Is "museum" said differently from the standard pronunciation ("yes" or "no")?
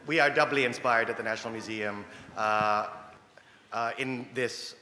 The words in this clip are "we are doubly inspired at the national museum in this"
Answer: no